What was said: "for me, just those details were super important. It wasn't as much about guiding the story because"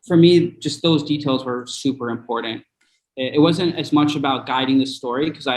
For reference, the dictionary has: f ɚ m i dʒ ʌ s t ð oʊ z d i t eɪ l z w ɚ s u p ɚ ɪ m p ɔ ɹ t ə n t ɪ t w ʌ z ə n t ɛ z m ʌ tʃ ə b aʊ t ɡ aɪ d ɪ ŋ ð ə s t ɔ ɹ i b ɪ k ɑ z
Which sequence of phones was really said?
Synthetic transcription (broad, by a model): f ɚ m i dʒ ʌ s t ð oʊ z d i t eɪ l z w ɚ s u p ɚ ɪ m p ɔ ɹ t n t ɪ t w ʌ z ə n t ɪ z m ʌ tʃ ə b aʊ t ɡ aɪ d ɪ ŋ ð ə s t ɔ ɹ i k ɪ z ɑ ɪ